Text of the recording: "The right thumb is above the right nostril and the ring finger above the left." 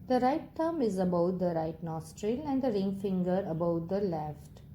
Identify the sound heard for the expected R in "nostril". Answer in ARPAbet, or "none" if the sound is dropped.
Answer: R